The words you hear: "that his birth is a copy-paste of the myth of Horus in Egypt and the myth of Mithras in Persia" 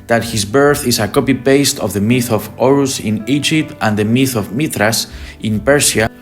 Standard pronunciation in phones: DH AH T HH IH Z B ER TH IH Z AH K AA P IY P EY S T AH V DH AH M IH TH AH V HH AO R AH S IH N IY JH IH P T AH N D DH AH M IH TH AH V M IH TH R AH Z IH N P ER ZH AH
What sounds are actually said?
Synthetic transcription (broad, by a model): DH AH T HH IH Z B ER TH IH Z AH K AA P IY P EY S T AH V DH AH M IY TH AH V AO R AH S IH N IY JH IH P T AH N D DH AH M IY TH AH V M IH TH R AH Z IH N P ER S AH